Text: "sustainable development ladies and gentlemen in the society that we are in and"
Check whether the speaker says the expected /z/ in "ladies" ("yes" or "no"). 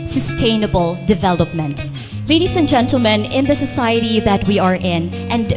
no